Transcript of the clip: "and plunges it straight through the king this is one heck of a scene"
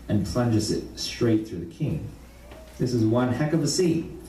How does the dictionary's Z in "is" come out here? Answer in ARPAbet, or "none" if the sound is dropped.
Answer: Z